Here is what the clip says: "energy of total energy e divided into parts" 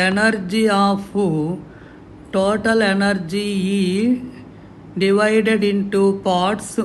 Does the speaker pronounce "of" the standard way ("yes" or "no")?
no